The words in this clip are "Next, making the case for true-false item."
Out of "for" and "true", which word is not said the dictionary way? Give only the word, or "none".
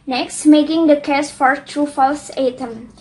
none